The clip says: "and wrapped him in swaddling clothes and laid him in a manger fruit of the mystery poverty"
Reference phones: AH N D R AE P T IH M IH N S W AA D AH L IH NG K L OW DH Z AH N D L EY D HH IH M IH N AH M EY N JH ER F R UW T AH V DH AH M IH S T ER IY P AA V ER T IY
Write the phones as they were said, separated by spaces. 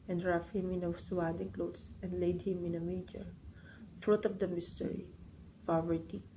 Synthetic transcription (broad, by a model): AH N D R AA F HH IH M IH N S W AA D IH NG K L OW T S AH N D L EY D HH IH M IH N AH M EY JH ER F R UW T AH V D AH M IH S T ER IY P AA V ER T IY